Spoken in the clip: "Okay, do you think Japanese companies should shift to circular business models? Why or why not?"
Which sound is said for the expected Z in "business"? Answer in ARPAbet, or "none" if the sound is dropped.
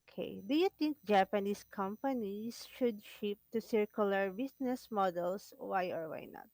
S